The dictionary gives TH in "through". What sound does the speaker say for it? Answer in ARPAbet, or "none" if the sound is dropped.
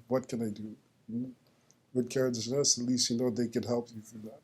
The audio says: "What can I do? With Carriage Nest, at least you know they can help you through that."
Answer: F